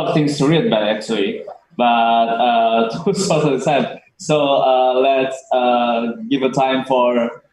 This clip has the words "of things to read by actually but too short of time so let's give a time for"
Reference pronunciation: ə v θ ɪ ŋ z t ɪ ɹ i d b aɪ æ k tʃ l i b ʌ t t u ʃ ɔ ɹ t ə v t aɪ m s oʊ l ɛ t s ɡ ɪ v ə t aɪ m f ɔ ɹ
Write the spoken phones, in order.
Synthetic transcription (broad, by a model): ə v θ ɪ ŋ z t ɪ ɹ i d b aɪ æ k tʃ l i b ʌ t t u s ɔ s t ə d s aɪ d s oʊ l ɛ t s ɡ ɪ v ə t aɪ m f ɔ ɹ